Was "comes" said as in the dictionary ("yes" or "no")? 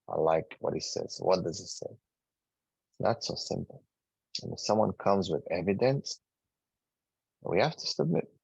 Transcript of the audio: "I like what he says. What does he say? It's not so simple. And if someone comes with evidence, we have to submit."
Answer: yes